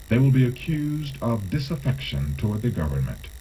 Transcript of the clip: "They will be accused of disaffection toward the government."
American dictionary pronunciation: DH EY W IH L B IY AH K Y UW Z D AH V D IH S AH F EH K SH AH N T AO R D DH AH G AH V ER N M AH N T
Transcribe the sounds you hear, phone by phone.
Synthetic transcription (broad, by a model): DH EY W IH L B IY AH K Y UW Z D AH V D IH S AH F EH K SH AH N T AO R D DH AH G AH V ER N M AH N T